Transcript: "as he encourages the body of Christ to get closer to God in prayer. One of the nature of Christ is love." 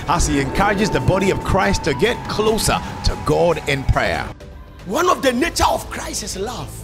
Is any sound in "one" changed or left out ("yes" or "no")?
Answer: no